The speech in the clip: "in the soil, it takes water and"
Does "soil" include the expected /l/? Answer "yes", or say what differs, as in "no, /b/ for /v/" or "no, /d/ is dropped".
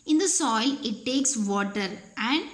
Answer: yes